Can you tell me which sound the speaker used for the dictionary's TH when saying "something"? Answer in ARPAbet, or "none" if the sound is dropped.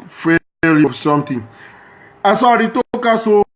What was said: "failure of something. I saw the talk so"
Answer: T